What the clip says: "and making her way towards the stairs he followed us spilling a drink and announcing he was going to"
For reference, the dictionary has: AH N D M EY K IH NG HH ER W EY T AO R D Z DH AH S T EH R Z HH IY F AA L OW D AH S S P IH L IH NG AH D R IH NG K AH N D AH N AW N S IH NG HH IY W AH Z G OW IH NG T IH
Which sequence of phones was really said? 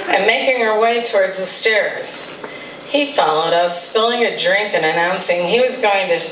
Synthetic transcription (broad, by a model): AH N M EY K IH NG ER W EY T AO R D Z DH AH S T EH R Z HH IY F AA L OW D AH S S P IH L IH NG AH D R IH NG K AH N AH N AW N S IH NG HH IY W AH Z G OW IH NG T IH